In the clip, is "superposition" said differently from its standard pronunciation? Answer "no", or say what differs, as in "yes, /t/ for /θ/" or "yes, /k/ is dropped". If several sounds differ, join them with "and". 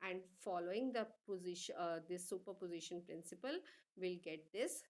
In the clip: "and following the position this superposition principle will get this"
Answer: no